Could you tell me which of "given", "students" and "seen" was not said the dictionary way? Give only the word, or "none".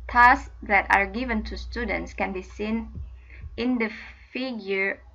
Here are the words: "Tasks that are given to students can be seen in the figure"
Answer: none